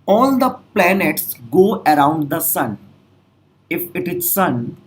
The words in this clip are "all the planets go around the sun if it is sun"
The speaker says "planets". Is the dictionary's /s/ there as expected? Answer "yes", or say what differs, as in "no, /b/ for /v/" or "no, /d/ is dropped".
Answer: yes